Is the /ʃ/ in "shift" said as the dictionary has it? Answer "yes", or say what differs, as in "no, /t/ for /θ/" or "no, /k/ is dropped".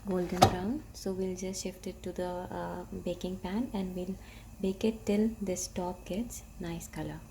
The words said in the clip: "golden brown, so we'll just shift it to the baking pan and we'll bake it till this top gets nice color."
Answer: yes